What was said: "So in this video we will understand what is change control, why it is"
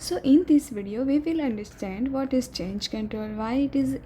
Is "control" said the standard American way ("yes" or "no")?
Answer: no